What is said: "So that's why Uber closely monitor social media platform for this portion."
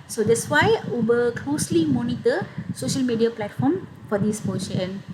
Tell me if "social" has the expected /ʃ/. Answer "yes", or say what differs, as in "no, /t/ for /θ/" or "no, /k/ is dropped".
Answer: yes